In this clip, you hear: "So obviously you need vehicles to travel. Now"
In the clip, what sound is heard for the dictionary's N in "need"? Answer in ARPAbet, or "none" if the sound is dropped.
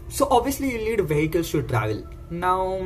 L